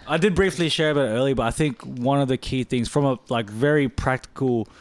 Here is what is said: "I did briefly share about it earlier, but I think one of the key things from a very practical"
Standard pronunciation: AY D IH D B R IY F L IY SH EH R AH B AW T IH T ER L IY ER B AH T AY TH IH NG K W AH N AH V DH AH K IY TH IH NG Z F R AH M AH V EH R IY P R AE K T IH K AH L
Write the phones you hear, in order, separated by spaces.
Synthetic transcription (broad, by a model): AY D IH D B R IY F L IY SH EH R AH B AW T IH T ER L IY B AH T AY TH IH NG K W AH N AH V DH AH K IY TH IH NG Z F R AH M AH V EH R IY P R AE K T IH K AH L